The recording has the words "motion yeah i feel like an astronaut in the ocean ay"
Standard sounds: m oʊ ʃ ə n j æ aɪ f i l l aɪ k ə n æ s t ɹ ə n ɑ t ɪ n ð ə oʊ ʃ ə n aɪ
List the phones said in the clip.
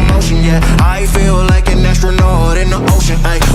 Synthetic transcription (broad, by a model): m oʊ ʃ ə n j æ aɪ f i l l aɪ k ə n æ s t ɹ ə n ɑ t ɪ n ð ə oʊ ʃ ə n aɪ